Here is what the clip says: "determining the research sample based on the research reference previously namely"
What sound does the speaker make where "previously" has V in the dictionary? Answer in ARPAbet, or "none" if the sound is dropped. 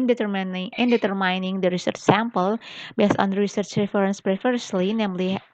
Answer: F